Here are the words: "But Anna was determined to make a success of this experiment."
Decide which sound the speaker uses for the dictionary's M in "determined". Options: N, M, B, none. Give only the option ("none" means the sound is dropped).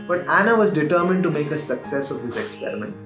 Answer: M